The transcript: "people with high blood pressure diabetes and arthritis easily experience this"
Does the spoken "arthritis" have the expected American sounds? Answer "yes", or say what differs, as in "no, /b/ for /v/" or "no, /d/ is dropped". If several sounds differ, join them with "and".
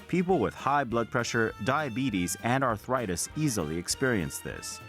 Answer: yes